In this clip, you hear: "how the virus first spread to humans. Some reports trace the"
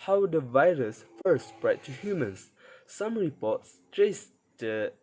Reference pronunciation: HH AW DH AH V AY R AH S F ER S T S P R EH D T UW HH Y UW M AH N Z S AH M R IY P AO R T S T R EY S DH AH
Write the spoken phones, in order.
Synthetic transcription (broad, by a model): HH AW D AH V AY R AH S F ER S S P R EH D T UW HH Y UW M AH N S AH M R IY P AO T S T R EY S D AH